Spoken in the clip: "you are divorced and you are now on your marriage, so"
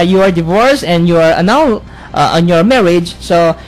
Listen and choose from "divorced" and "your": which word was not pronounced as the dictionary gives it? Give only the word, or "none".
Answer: divorced